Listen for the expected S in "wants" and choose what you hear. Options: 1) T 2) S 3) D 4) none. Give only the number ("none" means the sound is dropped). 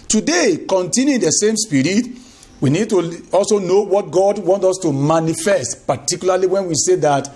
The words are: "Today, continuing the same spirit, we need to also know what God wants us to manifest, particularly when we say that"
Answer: 4